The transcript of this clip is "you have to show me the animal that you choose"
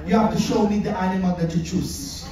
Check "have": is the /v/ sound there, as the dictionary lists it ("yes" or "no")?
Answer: no